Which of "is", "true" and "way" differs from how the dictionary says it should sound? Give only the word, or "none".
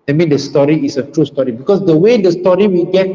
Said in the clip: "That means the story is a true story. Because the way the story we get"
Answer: is